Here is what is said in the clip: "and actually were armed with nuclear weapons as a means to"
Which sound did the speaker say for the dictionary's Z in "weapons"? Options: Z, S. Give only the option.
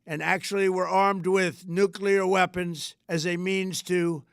Z